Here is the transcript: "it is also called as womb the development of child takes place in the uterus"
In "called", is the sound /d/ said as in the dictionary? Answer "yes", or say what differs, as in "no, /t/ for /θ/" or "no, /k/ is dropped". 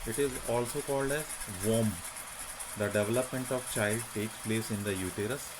yes